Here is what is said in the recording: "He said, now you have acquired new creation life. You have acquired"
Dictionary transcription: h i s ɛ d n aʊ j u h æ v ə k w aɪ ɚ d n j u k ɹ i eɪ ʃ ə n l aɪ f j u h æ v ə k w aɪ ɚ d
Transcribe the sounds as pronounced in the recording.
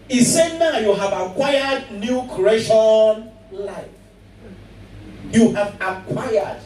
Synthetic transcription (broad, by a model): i s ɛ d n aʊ j u h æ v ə k w aɪ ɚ d n j u k i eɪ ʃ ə n l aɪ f j u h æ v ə k w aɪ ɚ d